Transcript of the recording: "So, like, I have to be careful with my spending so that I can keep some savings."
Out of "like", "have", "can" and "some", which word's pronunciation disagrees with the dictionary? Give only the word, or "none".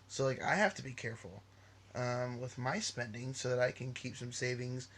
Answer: have